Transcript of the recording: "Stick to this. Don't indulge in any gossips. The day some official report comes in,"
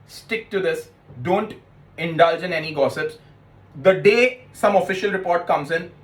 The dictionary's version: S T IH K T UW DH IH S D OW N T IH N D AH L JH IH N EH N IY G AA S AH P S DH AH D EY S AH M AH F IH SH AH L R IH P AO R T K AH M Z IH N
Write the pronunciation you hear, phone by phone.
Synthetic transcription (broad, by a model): S T IH K T UW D IH S D OW N T IH N D AH L JH IH N EH N IY G AA S AH P S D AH D EY S AH M AH F IH SH AH L R IH P AO R T K AH M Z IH N